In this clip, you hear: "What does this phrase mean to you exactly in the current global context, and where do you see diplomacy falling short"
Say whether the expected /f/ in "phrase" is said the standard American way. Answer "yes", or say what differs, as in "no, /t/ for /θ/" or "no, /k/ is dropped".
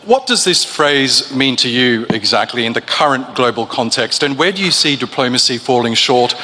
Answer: yes